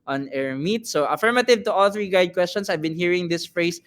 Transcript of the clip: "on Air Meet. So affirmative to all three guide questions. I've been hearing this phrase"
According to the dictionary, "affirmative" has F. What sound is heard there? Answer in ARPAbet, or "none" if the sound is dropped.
F